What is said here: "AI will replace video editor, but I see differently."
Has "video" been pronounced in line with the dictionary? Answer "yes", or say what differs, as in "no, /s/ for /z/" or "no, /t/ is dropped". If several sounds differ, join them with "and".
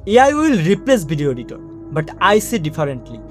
no, /b/ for /v/